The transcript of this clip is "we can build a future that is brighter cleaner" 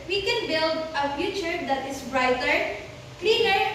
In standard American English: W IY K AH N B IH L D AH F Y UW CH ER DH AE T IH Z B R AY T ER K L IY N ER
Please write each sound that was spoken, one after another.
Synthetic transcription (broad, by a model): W IY K AH N B IH L D AH F Y UW CH ER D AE T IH S B R AY T ER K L IY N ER